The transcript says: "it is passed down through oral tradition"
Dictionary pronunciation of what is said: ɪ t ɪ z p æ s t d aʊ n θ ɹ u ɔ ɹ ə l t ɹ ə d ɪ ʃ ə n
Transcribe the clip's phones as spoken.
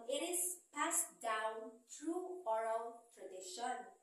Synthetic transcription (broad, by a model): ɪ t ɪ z p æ s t d aʊ n t ɹ u ɔ ɹ ə l t ɹ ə d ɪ ʃ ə n